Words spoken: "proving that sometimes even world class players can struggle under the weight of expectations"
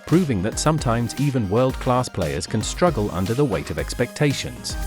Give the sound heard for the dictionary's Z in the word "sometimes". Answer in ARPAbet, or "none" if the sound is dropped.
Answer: Z